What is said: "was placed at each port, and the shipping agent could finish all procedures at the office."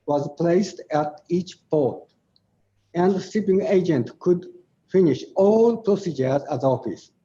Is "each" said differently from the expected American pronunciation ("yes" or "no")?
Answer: no